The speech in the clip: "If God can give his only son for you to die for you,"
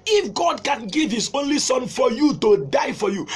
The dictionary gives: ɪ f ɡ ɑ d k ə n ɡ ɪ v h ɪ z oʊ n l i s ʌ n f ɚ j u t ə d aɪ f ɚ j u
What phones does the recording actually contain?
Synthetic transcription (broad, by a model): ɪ f ɡ ɑ d k ə n ɡ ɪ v h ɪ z oʊ n l i s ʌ n f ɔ j u t ə d aɪ f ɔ j u